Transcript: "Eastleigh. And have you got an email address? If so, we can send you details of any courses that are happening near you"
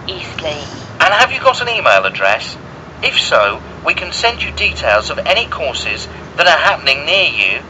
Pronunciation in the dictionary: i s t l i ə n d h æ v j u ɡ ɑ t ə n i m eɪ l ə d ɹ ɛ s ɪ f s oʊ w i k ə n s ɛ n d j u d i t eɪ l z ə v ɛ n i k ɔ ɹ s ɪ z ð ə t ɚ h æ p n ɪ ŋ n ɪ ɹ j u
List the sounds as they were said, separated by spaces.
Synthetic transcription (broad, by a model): i s t l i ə n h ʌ v j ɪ ɡ ɑ t ə n i m eɪ l ə d ɹ ɛ s ɪ f s oʊ w i k ə n s ɛ n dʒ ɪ d i t eɪ l z ə v ɛ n i k ɔ ɹ s ɪ z ð ə t ɚ h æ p n ɪ ŋ n ɪ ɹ j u